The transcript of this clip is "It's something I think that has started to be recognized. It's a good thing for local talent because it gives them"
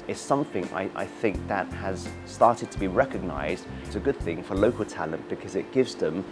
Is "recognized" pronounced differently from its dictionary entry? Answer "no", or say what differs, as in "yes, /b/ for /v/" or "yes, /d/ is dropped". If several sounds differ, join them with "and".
no